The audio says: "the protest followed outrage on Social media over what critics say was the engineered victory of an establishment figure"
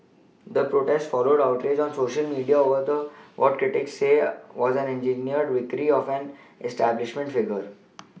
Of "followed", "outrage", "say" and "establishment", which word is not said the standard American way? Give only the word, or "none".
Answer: none